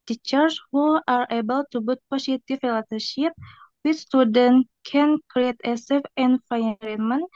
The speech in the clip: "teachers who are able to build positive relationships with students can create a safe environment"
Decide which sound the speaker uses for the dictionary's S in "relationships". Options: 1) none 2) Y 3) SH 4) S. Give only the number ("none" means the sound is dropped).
1